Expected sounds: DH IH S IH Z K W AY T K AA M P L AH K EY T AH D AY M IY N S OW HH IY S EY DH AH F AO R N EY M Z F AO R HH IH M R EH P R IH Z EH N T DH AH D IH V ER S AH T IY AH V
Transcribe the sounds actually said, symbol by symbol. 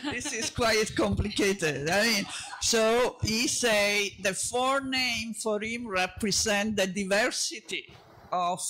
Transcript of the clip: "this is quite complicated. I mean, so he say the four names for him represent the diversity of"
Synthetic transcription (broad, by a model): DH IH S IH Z K W AY T K AA M P L AH K EY T AH D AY M IY N S OW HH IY S EY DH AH F AO R N EY M F AO R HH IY M R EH P R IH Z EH N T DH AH D IH V ER S AH T IY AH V